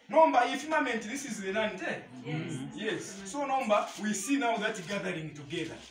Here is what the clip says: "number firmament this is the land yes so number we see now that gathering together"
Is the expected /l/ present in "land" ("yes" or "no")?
no